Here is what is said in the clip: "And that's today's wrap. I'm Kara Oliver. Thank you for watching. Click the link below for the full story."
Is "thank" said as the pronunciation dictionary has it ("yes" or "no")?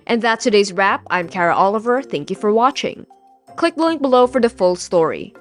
yes